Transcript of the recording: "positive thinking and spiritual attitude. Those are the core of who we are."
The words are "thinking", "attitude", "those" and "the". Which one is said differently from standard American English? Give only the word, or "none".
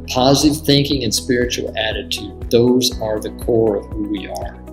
none